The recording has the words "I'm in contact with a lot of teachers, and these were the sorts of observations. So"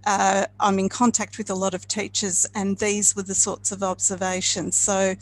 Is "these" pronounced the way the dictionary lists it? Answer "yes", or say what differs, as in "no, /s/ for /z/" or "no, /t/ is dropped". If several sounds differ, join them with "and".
yes